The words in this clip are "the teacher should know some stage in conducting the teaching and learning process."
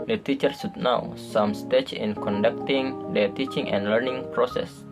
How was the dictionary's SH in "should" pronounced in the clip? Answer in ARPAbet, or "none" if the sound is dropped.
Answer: S